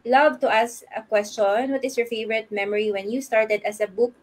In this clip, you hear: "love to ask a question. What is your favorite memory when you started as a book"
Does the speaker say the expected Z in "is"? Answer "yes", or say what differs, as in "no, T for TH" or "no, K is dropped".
no, S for Z